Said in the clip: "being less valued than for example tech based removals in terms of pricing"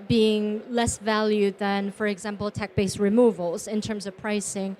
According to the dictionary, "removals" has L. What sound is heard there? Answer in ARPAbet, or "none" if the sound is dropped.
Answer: L